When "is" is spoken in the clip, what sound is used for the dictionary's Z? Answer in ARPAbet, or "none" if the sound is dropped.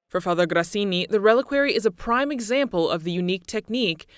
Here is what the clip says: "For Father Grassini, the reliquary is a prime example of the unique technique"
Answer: Z